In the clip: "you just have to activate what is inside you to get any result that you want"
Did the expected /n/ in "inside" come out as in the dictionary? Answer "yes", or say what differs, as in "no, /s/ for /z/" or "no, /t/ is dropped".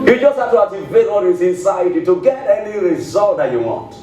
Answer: yes